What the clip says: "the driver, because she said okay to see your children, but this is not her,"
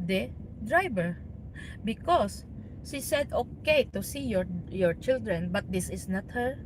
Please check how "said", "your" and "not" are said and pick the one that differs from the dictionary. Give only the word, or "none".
none